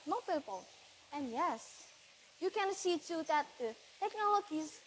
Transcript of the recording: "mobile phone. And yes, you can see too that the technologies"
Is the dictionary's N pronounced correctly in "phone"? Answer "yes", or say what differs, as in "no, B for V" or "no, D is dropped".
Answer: no, L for N